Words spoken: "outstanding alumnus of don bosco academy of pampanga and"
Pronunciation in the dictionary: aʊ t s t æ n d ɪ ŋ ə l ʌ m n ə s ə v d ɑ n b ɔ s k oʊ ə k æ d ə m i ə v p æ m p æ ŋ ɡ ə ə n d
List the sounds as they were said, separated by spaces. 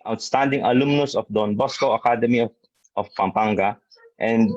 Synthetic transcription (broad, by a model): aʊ t s t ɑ n d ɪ ŋ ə l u m n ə s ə f d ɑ n b ɔ s k oʊ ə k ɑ d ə m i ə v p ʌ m p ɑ ŋ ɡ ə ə n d